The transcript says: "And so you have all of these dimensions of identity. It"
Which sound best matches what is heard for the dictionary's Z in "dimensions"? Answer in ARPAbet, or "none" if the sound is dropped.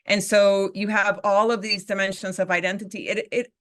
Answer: Z